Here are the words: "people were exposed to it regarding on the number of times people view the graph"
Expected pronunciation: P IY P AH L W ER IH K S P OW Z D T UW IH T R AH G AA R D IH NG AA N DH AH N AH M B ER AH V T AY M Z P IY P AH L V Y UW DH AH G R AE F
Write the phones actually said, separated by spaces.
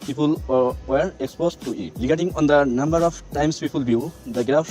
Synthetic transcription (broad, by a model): P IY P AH L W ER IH K S P OW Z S T UW IH T L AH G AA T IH NG AA N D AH N AH M B ER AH P T AY M S P IY P AH L B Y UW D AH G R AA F